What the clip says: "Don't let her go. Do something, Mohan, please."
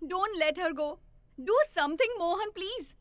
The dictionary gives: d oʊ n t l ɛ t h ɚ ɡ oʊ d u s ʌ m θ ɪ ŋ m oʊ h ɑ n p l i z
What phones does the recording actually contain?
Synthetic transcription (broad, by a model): d oʊ n t l ɛ t h ɚ ɡ oʊ d u s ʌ m t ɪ ŋ m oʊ h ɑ n p l i z